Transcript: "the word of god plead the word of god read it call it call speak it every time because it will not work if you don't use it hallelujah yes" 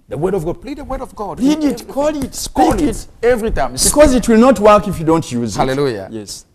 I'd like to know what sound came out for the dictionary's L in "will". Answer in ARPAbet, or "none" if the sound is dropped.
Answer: L